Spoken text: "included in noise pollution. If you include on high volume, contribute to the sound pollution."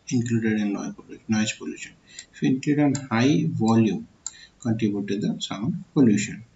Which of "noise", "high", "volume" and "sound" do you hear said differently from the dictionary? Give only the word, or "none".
noise